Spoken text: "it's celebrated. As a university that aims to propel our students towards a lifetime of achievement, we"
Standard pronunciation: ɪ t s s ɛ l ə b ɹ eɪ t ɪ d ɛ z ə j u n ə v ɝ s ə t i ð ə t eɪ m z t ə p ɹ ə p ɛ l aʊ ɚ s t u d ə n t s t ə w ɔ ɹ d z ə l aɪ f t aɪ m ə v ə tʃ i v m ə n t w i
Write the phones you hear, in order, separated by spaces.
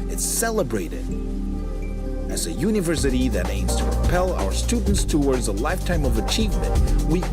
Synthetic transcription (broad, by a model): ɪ t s s ɛ l ə b ɹ eɪ t ɪ d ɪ z ə j u n ə v ɝ s ə t i ð ə t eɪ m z t ə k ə p ɛ l aʊ ɚ s t u d n t s t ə w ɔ ɹ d z ə l aɪ f t aɪ m ə v ə tʃ i v m ə n t w i